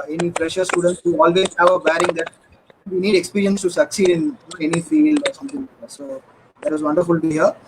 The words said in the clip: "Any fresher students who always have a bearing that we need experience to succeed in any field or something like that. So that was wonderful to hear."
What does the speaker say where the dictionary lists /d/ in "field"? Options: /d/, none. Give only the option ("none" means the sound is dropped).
none